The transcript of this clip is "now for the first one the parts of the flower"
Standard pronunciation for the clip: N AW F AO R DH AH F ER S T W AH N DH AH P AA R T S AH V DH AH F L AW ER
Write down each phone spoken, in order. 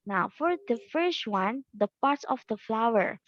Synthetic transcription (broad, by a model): N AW F AO R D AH F ER S T W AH N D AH P AA R T S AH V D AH F L AW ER